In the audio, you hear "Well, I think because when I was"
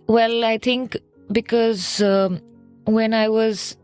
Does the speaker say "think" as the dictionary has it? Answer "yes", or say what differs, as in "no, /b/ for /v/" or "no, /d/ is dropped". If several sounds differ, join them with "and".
no, /t/ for /θ/